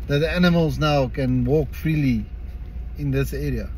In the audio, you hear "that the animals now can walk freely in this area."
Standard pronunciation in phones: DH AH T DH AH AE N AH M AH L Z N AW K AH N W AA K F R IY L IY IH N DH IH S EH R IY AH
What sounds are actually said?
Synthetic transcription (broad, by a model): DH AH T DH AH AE N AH M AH L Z N AW K AH N W AA K F R IY L IY IH N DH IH S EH R IY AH